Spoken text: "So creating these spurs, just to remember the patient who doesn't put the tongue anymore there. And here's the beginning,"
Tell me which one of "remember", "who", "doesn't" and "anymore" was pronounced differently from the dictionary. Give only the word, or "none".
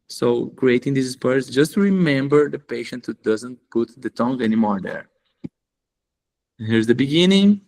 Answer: none